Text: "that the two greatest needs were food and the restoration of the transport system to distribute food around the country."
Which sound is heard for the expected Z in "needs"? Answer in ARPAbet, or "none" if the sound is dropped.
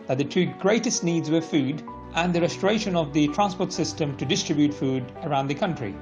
Z